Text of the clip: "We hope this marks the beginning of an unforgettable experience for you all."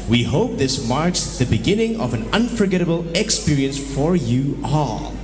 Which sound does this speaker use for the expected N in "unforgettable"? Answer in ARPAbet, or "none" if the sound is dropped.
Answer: N